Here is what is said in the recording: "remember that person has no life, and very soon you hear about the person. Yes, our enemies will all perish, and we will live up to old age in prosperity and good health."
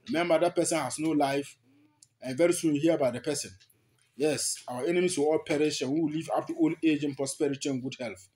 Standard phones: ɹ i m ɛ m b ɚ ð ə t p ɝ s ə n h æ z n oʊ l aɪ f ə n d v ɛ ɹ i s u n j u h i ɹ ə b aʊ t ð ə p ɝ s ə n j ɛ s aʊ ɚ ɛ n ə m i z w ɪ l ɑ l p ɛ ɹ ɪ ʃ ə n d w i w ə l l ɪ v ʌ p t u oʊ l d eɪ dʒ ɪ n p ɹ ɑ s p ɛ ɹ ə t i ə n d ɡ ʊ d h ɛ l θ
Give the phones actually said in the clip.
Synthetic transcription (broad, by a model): ɹ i m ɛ m b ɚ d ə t p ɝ s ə n h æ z n oʊ l aɪ f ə n v ɛ ɹ i s u n j u h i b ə ɪ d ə p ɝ s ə n j ɛ s aʊ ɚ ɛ n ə m i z w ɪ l ɑ l p ɛ ɹ ɪ ʃ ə n w i w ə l l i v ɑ f t u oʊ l eɪ dʒ ɪ n p ɹ ɑ s p ɛ ɹ ə t i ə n ɡ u d h ɛ l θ